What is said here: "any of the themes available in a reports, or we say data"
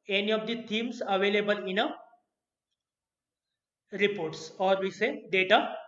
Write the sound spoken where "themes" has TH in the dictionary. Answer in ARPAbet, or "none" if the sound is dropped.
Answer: T